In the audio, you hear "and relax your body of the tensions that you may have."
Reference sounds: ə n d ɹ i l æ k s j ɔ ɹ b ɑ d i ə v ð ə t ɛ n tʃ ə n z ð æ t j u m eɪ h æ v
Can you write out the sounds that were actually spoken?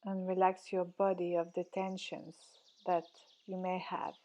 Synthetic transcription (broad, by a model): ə n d ɹ i l æ k s j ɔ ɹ b ɑ d i ə v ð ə t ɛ n ʃ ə n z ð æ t j u m eɪ h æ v